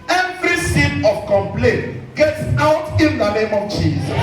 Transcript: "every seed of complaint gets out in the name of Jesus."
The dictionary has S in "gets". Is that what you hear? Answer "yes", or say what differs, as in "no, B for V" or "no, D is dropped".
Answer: yes